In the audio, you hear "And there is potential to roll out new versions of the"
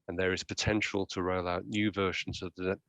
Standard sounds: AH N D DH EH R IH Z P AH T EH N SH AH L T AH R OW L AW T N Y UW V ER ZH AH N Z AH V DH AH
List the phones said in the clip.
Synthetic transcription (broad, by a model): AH N DH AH R IH Z P AH T EH N SH AH L T AH R OW L AW T N Y UW V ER SH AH N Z AH V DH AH